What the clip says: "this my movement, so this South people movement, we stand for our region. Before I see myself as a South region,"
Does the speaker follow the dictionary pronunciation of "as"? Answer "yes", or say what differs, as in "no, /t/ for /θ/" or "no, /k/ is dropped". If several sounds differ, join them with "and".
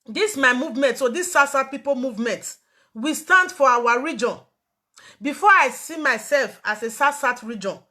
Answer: no, /s/ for /z/